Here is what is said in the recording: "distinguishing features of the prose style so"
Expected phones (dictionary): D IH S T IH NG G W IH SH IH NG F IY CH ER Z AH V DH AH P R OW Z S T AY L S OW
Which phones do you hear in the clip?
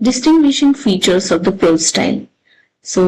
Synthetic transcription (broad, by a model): D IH S T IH NG G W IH SH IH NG F IY CH ER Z AH V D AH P OW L S T AY L S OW